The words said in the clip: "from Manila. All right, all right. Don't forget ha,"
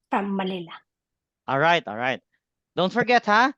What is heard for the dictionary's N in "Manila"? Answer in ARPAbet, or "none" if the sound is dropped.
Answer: L